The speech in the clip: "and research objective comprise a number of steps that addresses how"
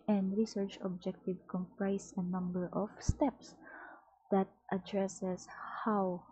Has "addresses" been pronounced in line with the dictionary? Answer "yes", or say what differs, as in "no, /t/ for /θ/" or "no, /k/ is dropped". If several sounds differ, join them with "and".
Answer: no, /s/ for /z/